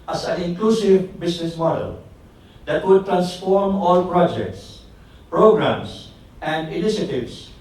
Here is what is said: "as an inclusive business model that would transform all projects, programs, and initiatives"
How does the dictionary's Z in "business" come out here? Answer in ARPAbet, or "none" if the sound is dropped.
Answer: S